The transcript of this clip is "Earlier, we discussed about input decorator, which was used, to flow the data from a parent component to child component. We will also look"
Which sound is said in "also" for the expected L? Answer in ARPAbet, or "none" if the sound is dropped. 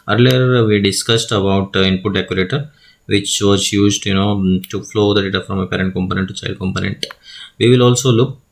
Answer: L